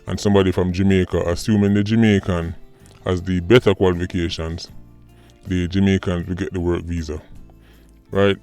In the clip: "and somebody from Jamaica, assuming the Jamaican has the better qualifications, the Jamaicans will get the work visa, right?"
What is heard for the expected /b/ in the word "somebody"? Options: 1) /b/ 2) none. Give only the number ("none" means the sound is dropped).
1